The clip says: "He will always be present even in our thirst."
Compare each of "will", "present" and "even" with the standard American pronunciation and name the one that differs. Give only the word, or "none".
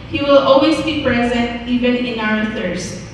none